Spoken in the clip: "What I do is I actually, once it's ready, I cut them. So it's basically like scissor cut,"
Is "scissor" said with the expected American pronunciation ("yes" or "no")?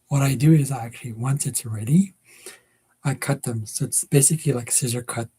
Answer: yes